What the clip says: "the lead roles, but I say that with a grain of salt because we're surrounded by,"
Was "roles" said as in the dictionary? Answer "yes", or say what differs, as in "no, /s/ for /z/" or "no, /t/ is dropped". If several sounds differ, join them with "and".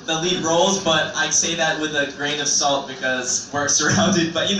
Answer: yes